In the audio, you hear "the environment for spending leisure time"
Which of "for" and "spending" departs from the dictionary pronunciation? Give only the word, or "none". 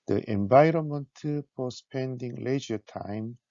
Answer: for